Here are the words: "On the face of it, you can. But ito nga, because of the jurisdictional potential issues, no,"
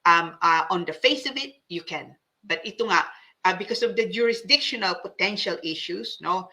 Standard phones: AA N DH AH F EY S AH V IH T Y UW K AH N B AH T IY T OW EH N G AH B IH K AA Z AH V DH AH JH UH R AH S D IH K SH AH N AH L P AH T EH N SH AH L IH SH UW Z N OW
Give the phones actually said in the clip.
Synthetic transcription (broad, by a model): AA N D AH F EY S AH V IH T Y UW K AH N B AH T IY T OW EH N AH B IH K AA S AH V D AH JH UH R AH S D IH K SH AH N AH L P AH T EH N SH AH L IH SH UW S N OW